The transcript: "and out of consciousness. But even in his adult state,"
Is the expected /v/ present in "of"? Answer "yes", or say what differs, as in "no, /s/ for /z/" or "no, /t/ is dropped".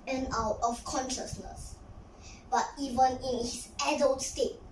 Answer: no, /f/ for /v/